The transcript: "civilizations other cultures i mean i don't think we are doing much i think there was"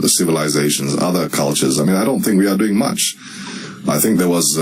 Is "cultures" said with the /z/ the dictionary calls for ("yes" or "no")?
yes